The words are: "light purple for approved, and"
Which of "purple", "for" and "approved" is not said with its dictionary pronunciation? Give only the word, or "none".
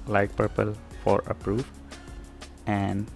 approved